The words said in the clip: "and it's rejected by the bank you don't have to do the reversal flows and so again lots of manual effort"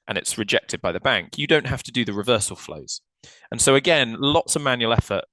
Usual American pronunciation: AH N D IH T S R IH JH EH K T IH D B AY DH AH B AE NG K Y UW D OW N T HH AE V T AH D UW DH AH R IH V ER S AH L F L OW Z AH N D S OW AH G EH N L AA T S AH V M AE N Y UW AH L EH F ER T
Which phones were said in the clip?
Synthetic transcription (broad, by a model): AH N IH T S R IH JH EH K T IH D B AY DH AH B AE NG K Y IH D OW N T HH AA F T AH D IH DH AH R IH V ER S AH L F L OW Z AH N S OW AH G EH N L AA T S AH V M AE N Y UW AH L EH F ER T